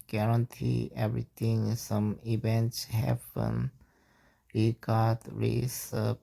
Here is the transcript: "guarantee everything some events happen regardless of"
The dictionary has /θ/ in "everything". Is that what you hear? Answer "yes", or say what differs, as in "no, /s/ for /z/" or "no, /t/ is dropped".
no, /t/ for /θ/